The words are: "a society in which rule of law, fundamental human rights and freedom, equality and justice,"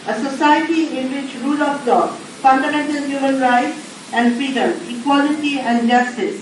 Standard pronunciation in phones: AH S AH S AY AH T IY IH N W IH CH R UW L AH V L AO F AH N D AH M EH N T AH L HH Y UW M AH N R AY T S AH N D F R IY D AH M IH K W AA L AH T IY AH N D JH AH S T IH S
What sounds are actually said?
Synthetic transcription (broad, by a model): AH S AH S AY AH T IY IH N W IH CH R UW L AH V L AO F AH N D AH M EH N T AH L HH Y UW M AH N R AY T S AH N D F IY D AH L IH K W AA L AH T IY AH N D JH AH S T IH S